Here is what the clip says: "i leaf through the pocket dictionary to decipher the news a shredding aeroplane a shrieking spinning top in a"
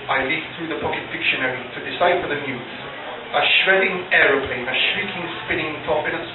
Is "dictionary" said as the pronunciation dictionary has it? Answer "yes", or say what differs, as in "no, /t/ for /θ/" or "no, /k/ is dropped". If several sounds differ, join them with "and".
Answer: yes